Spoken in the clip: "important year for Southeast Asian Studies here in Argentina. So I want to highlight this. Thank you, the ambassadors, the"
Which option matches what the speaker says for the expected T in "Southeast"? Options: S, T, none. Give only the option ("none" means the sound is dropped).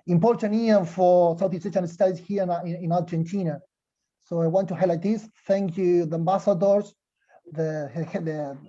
none